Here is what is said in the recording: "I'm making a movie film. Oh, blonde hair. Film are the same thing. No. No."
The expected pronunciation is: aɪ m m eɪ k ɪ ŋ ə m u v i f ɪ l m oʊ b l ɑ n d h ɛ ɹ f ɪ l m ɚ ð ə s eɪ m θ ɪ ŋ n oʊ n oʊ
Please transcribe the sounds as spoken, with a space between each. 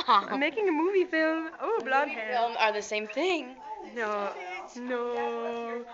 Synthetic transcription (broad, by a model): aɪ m m eɪ k ɪ ŋ ə m u v i f ɪ l m oʊ b l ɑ d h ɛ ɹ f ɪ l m ɚ ð ə s eɪ m θ ɪ ŋ n oʊ n oʊ